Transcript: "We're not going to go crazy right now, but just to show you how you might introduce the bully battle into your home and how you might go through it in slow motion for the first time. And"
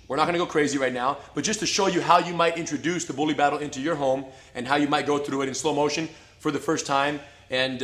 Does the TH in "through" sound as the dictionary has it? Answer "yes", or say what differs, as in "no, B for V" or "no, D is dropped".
yes